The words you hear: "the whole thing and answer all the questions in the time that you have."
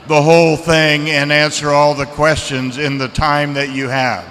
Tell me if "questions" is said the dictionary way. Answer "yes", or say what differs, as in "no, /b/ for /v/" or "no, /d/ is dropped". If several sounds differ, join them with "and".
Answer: yes